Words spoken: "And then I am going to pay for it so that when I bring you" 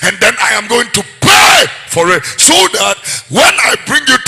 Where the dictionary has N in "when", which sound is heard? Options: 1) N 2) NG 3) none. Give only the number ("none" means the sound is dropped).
1